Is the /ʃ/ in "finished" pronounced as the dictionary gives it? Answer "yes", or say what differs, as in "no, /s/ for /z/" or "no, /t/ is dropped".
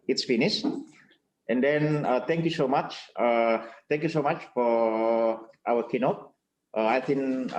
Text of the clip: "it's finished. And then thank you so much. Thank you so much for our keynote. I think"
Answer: no, /s/ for /ʃ/